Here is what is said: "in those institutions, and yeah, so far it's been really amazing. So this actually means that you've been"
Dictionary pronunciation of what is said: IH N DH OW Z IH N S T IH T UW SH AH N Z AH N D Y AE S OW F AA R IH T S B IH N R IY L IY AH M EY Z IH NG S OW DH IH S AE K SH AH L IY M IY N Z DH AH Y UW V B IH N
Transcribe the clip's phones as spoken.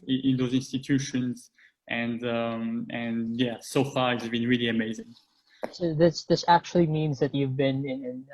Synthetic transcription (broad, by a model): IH N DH OW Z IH N S T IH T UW SH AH N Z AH N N Y AE S OW F AA R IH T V B IH N R IY L IY AH M EY Z IH NG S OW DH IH S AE K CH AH L IY M IY N Z DH AH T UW V B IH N